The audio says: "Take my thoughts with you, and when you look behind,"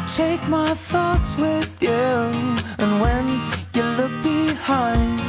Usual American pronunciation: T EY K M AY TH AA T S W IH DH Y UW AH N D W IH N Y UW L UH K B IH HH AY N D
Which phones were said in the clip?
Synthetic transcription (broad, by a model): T EY K M AY TH AA T S W IH DH Y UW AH N W IH N Y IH L UH K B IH HH AY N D